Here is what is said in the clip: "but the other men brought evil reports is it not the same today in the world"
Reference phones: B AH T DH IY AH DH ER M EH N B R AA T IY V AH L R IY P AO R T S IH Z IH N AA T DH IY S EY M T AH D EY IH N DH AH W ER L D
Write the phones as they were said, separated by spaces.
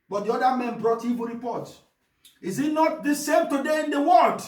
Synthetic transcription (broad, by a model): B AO T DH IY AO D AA M EH N B R AA T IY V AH R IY P AO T IH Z IH N AA T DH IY S EY M T AH D EY IH N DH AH W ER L D